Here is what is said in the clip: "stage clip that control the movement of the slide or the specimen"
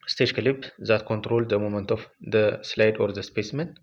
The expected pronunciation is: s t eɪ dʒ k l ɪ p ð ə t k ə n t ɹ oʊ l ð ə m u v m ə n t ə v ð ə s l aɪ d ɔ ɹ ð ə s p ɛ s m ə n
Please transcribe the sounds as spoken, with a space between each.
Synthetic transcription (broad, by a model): s t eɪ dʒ k l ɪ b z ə t k ə n t ɹ oʊ l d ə m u m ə n t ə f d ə s l aɪ d ɔ ɹ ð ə s p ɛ s m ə n